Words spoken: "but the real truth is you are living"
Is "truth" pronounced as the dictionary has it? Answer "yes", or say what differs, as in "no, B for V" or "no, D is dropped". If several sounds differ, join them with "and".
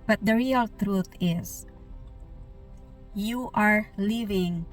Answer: no, T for TH